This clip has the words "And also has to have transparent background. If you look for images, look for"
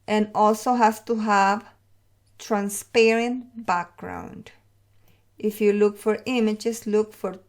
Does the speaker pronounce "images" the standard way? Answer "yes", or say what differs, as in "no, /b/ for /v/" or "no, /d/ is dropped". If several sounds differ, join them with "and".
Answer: no, /s/ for /z/